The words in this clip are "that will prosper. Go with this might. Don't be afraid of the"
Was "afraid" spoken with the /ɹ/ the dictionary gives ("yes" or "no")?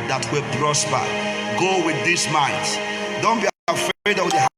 no